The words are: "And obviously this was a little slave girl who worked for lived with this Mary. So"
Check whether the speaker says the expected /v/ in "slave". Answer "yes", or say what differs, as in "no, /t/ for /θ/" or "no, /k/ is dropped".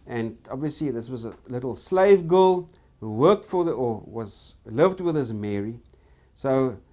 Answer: yes